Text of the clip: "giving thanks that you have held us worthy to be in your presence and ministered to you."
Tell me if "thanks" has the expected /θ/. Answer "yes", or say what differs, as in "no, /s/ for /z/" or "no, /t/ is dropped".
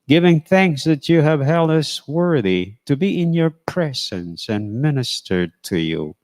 yes